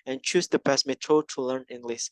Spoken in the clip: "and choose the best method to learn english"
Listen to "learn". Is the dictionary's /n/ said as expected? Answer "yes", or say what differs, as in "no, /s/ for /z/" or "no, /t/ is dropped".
yes